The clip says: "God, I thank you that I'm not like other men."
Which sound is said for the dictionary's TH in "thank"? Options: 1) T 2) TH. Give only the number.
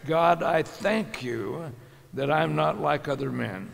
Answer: 2